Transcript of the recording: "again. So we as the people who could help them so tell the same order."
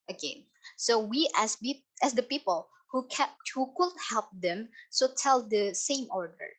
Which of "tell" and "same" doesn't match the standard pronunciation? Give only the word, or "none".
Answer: none